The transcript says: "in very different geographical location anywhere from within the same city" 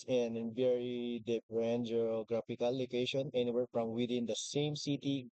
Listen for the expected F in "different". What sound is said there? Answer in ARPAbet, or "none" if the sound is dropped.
P